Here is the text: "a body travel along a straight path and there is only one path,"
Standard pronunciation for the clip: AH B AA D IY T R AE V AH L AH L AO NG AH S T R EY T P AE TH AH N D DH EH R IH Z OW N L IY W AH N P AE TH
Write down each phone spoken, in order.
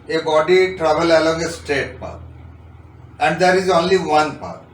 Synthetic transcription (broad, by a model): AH B AA D IY T R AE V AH L AH L AO NG AH S T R EY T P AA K AH N D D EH R IH Z OW N L IY W AH N P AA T